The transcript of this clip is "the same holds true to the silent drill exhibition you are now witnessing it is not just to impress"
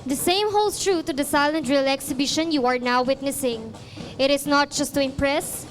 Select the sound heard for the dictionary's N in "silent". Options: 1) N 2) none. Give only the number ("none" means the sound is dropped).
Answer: 1